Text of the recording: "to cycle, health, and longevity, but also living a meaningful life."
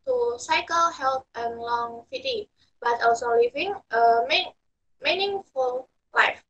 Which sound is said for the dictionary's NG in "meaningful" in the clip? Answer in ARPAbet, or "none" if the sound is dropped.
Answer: NG